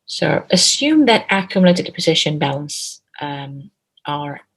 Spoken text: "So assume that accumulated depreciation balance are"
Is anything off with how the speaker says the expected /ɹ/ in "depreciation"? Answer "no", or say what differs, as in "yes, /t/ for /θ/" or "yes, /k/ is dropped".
yes, /ɹ/ is dropped